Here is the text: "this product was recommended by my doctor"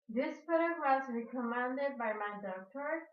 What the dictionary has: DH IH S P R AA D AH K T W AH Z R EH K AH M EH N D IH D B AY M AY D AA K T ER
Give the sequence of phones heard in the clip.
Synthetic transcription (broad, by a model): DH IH S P UH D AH T W AH Z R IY K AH M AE N D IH D B AY M AY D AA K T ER